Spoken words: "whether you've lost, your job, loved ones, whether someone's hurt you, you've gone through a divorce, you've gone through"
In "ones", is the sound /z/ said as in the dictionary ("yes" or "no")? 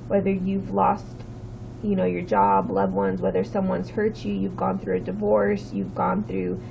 yes